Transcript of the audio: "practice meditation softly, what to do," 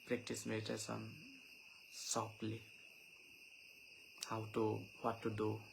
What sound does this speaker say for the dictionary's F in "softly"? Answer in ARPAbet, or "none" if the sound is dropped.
P